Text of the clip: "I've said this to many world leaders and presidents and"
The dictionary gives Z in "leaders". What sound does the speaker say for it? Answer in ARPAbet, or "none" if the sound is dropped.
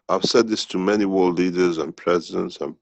Z